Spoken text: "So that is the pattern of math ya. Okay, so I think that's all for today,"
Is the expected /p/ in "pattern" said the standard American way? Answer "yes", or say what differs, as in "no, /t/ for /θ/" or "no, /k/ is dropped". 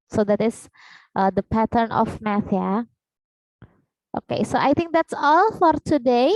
yes